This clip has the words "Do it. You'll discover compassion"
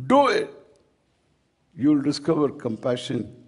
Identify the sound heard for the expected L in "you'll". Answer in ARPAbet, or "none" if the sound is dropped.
L